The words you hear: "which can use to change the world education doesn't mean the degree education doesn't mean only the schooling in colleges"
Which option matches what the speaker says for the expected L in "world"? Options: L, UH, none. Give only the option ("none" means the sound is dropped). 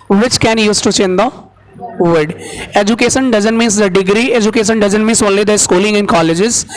none